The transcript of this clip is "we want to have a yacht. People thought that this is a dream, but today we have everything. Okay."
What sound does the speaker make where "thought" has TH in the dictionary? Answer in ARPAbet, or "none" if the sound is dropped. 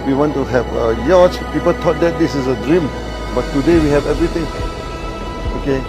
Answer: T